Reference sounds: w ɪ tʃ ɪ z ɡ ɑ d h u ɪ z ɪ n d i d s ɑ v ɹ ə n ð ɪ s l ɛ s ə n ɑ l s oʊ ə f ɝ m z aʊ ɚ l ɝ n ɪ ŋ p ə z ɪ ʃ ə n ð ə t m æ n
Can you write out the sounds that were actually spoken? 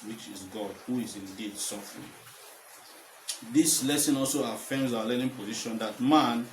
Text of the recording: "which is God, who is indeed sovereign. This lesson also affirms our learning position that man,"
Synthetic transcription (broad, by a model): w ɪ tʃ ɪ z ɡ ɑ d h u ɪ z ɪ n d i d s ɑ f ɹ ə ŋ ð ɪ s l ɛ s ə n ɑ l s oʊ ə f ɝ m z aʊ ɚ l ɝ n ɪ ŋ p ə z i ʃ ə n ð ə t m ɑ n